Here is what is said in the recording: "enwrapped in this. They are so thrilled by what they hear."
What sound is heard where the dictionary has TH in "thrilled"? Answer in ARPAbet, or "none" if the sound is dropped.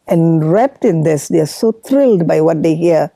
T